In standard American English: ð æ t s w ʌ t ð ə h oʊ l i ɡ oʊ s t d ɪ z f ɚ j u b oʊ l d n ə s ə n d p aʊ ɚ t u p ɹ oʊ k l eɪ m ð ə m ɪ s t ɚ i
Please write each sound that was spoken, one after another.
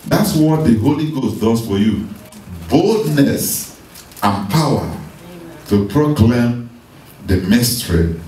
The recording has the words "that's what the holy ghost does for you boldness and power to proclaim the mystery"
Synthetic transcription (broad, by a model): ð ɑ t s w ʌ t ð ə h oʊ l i ɡ oʊ s t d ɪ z f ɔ j u b oʊ l d n ə s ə n p aʊ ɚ t u p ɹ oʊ k l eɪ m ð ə m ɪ s t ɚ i